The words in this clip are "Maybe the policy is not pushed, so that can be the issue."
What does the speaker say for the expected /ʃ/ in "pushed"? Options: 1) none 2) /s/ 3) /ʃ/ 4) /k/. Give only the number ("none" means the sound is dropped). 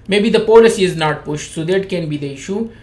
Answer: 3